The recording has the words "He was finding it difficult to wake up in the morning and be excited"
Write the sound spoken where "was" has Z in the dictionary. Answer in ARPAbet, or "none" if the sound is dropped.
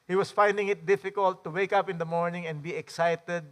S